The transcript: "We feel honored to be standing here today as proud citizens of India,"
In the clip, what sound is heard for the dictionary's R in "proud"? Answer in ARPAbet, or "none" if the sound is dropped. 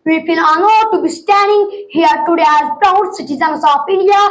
none